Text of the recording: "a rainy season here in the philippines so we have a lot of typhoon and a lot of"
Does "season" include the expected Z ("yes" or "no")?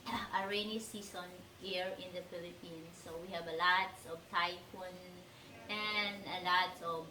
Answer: no